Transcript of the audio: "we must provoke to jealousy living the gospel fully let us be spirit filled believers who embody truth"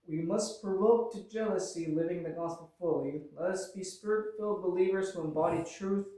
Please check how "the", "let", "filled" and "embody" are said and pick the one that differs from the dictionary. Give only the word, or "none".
none